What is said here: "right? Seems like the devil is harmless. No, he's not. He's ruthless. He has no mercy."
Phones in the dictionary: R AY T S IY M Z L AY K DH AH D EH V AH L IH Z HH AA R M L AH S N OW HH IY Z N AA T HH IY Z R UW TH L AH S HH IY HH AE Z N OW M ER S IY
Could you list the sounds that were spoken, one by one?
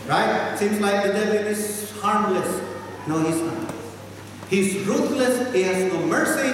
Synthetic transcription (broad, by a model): R AY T S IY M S L AY K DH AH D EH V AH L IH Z HH AA R M L AH S N OW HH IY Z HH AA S HH IY Z R UW T L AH S HH IY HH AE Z N OW M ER S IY